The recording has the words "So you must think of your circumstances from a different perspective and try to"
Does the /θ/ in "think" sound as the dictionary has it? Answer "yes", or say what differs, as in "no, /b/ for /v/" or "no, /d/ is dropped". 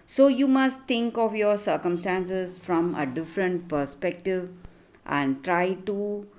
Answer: no, /t/ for /θ/